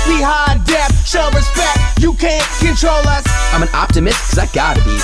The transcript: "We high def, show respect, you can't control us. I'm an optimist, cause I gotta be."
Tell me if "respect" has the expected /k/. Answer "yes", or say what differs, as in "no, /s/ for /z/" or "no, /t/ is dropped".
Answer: yes